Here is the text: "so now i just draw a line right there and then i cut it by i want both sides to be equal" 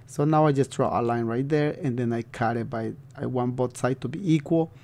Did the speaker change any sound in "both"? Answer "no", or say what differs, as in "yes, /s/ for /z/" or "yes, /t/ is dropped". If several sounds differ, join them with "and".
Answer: yes, /t/ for /θ/